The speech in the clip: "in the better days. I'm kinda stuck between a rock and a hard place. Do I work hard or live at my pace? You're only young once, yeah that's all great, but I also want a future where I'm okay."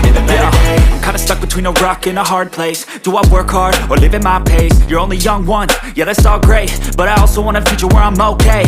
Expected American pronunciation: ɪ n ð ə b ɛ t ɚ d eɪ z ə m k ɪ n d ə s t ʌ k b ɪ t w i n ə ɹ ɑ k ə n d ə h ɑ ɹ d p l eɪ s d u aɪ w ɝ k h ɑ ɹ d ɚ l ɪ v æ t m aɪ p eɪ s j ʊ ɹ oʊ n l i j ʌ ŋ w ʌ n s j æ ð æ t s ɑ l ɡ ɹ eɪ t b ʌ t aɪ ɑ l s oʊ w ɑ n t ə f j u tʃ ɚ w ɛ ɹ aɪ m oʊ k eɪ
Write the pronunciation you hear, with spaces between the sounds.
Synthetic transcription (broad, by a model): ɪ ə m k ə ɪ n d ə s t ʌ k b ɪ t w i n ə ɹ ɑ k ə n ə h ɑ ɹ d p l eɪ s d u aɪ w ɝ k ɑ ɹ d ɚ l ɪ v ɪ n m aɪ p eɪ s j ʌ ɹ oʊ n l i j ʌ ŋ w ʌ n j æ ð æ t s ɑ l ɡ ɹ eɪ t b ʌ t aɪ ɑ l s oʊ w ɑ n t ə f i tʃ ɚ w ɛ ɹ aɪ m oʊ k eɪ